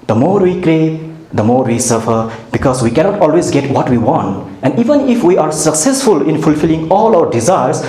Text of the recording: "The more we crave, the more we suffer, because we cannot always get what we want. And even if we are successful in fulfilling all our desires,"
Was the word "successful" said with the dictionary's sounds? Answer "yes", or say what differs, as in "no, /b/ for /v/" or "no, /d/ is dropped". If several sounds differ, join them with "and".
yes